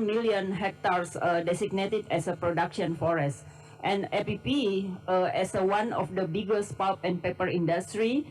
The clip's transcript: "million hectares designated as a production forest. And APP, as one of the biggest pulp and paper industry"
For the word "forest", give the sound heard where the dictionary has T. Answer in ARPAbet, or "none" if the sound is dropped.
T